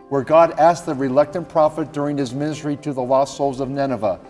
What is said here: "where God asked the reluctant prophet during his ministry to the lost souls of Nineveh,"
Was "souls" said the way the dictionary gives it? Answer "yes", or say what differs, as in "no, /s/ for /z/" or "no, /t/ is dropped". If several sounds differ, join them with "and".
yes